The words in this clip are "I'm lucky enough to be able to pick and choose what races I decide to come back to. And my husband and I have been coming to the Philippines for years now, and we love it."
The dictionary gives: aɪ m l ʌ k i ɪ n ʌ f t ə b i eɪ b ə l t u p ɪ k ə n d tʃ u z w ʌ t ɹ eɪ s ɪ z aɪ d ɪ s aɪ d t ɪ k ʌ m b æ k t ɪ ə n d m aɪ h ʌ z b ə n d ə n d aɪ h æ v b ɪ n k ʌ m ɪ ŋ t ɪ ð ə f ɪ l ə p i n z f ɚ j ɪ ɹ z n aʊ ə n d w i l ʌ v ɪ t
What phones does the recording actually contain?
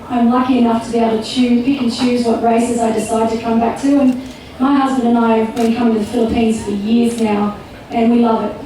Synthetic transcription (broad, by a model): aɪ m l ʌ k i ɪ n ʌ f t ə b i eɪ ə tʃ u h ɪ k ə n tʃ u z w ʌ t ɹ eɪ s ɪ z aɪ d ɪ s aɪ d t ɪ k ʌ m b æ k t ɪ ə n m aɪ h ʌ z b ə n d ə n aɪ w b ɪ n k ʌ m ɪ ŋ t ɪ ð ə f ɪ l ə p i n z f ɚ j ɪ ɹ z n aʊ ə n w i l ʌ v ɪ t